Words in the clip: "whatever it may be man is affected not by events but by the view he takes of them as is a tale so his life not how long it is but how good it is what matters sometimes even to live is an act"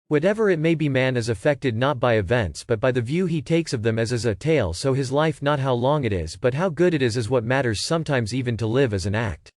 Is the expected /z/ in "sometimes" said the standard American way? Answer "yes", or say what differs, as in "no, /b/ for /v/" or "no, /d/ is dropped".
yes